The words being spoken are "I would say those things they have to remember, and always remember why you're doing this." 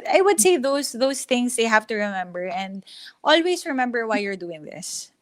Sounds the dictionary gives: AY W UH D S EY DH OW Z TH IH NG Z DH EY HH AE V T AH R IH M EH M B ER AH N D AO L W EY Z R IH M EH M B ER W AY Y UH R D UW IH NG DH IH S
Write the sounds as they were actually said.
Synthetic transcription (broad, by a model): AY W UH D S EY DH OW S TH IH NG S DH EY HH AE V T AH R IH M EH M B ER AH N D AO L W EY S R IH M EH M B ER W AY Y UH R D UW IH NG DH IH S